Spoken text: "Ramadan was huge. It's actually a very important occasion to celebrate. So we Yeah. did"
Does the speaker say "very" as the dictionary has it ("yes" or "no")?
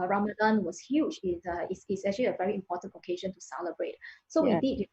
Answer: yes